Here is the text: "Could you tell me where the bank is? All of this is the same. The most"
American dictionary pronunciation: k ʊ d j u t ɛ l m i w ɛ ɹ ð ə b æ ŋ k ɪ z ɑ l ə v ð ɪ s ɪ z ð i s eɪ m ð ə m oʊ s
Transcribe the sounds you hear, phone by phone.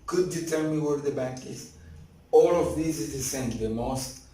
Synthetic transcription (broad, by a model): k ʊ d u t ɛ m i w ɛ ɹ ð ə b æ k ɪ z ɑ l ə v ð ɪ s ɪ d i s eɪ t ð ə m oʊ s